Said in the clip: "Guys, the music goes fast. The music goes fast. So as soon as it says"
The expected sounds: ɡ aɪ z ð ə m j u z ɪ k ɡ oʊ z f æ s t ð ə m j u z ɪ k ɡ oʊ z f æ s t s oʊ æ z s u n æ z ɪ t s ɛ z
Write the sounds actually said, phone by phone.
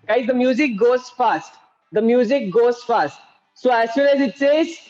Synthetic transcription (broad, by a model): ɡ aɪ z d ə m j u z ɪ k ɡ oʊ z f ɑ s t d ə m j u z ɪ k ɡ oʊ z f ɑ s t s oʊ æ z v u l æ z ɪ t s ɛ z